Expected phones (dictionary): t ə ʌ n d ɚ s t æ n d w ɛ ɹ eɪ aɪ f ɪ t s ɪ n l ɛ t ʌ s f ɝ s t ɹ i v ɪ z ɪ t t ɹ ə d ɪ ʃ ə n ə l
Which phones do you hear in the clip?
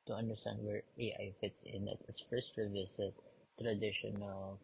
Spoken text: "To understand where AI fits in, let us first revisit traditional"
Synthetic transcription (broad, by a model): t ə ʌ n d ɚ s t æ n d w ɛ ɹ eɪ aɪ f ɪ t s ɪ n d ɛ t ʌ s f ɝ s t ɹ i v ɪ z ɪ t t ɹ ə d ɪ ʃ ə n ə l